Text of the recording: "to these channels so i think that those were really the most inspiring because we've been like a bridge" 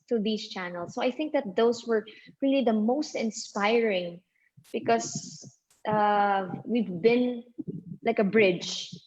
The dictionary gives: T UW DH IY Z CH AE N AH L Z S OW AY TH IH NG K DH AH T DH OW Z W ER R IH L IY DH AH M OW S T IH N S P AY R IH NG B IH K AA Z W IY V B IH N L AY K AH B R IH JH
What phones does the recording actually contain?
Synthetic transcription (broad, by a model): T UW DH IY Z CH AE N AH L S OW AY TH IH NG K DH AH T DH OW S W ER R IH L IY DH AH M OW S T IH N S P AY R IH NG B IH K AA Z W IY V B IH N L AY K AH B R IH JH